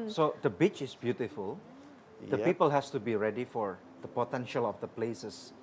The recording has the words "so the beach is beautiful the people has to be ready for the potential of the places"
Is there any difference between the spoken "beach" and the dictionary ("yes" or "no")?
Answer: no